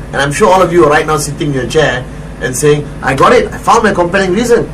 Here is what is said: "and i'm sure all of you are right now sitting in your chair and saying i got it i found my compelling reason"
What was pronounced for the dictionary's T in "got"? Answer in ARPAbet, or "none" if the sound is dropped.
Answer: T